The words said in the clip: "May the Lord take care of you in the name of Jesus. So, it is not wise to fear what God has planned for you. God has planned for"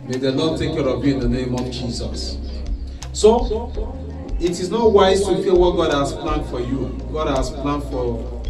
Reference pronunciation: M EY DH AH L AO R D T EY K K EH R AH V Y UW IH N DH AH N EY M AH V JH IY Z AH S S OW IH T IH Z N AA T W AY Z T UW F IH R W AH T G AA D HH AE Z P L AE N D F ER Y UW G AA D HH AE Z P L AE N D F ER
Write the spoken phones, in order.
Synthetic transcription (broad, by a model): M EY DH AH N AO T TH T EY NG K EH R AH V Y UW IH N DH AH N EY M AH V JH IY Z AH S S OW IH T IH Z N AA T W AY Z T UW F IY L W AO T G AA D HH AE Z P L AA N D F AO Y UW G AA D HH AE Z P L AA N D F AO